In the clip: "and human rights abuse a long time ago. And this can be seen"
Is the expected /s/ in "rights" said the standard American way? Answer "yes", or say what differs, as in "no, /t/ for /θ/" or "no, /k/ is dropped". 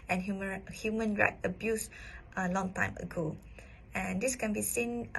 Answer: no, /s/ is dropped